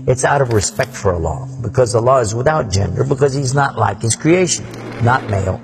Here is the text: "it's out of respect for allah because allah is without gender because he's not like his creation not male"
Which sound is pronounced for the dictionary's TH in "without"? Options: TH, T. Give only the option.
TH